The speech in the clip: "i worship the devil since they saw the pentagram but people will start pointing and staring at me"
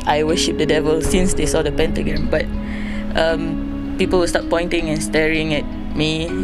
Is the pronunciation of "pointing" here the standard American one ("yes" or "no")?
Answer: yes